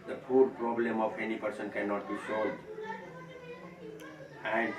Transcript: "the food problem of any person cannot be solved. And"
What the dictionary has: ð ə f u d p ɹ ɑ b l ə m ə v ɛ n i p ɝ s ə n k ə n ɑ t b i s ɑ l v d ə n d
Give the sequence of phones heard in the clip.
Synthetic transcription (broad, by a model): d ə p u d p ɹ ɑ b l ə m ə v ɛ n i p ɝ s ə n k ə n ɑ t b i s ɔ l d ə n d